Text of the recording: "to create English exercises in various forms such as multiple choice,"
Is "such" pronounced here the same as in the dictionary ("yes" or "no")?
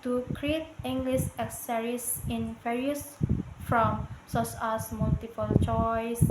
no